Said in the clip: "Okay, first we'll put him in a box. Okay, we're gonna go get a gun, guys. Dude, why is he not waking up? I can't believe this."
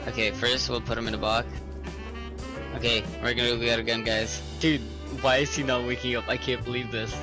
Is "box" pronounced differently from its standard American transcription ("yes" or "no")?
yes